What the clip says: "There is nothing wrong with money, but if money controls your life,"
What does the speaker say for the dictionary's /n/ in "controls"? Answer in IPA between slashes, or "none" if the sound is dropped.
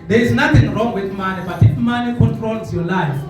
none